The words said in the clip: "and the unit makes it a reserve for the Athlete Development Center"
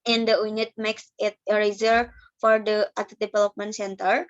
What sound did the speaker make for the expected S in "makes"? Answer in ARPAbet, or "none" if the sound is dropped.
S